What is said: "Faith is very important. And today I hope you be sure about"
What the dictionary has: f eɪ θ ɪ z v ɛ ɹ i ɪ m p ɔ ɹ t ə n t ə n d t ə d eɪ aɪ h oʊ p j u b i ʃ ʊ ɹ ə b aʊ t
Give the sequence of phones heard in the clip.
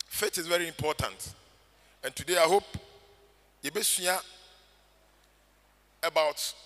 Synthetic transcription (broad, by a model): f eɪ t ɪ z v ɛ ɹ i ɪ m p ɔ t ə n t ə n t ə d eɪ aɪ h oʊ p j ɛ b i s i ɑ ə b aʊ t